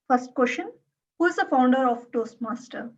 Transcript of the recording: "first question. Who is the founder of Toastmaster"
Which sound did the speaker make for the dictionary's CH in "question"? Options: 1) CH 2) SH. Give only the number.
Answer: 2